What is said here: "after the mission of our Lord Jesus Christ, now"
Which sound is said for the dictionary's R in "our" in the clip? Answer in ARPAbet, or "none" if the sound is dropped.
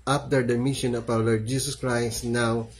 W